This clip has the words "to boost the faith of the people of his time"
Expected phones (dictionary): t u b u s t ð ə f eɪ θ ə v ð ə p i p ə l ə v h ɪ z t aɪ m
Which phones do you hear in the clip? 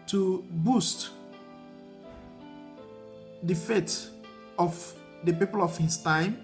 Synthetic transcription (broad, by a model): t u b u s t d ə f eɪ t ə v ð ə p i p ə l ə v h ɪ s t aɪ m